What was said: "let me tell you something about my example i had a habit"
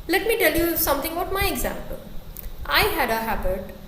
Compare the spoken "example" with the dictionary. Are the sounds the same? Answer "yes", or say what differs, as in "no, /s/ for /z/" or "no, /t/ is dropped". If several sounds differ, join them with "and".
yes